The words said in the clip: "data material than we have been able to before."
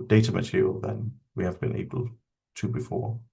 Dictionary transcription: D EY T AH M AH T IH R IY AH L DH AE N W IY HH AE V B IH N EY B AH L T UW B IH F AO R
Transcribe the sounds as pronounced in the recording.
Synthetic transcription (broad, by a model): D EY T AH M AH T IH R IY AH L DH AE N W IY HH AE V B IH N EY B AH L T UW B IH F AO